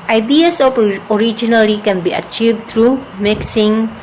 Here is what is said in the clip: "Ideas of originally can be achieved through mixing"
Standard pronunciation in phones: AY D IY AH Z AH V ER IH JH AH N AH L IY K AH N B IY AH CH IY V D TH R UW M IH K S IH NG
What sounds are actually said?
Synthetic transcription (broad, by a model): AY D IY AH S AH P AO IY JH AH N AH L IY K AH N B IY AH CH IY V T R UW M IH K S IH NG